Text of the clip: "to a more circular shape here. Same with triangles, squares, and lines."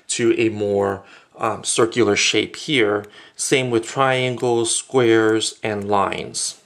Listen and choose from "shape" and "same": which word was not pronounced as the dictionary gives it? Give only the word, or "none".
none